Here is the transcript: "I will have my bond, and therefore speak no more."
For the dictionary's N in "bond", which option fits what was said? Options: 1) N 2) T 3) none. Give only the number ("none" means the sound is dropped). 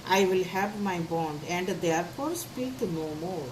1